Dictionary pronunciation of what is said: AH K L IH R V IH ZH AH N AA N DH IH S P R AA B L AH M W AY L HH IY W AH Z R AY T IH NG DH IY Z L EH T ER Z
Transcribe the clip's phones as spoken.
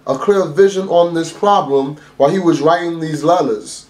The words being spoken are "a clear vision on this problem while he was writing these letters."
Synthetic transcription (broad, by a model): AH K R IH L V IH ZH AH N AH N DH IH S P R AA B L AH M W AY L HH IY W AH Z R AY T IH NG DH IY Z L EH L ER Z